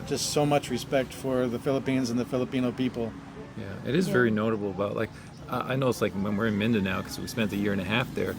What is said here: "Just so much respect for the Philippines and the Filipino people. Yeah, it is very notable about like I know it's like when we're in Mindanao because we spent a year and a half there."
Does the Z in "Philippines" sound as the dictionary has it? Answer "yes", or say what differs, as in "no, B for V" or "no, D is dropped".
yes